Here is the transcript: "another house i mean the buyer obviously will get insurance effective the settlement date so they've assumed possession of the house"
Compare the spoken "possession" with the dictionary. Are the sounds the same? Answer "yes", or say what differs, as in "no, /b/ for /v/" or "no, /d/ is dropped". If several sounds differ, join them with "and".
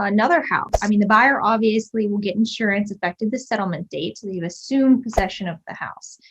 yes